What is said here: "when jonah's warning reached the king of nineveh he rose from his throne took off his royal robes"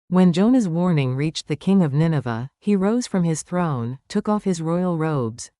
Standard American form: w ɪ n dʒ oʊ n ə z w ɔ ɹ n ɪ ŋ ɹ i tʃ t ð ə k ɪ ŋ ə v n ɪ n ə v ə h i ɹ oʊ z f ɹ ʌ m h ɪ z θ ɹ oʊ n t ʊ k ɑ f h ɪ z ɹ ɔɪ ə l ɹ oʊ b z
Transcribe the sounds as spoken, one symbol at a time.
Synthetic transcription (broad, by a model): w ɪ n dʒ oʊ n ə z w ɔ ɹ n ɪ ŋ ɹ i tʃ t ð ə k ɪ ŋ ə v n ɪ n ə v ə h i ɹ oʊ z f ɹ ʌ m ɪ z θ ɹ oʊ n t ʊ k ɑ f h ɪ z ɹ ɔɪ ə l ɹ oʊ b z